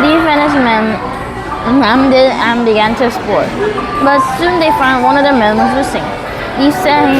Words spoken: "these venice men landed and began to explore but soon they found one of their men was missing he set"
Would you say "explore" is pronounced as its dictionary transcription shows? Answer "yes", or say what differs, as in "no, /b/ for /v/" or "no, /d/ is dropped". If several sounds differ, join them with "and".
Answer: no, /k/ is dropped and /l/ is dropped